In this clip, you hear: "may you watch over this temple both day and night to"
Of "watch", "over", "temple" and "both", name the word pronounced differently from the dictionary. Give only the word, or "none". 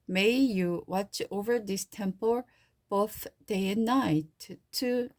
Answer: none